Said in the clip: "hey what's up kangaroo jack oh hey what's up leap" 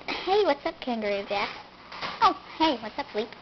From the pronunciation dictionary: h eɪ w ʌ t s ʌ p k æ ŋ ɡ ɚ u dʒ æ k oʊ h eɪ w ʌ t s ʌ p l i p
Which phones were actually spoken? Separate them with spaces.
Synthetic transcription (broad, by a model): h eɪ w ʌ t s ʌ p k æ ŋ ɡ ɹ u z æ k oʊ h eɪ w ʌ t s ʌ p l i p